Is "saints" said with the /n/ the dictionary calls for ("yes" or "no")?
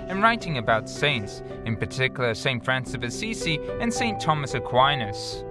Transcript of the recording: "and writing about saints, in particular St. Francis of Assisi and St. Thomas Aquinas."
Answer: yes